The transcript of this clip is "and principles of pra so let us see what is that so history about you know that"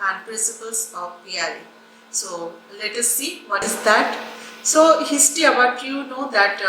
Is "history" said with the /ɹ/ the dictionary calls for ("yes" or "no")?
no